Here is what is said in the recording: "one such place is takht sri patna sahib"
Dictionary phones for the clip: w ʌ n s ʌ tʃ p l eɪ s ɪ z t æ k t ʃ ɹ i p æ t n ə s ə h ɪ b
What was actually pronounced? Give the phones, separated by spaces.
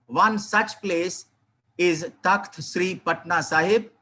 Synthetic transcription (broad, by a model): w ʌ n s ʌ tʃ p l eɪ s ɪ z t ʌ k t ʃ ɹ i p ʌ t n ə s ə h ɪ b